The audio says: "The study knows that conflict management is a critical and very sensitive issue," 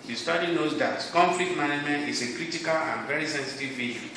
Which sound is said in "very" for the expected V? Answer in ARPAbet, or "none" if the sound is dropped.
V